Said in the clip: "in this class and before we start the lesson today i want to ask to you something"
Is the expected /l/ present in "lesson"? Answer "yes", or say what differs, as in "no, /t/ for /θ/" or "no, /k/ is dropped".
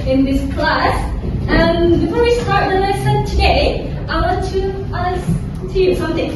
no, /n/ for /l/